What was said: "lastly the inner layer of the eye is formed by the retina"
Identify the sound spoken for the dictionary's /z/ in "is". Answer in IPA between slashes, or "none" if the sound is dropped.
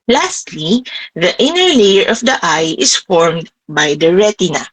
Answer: /s/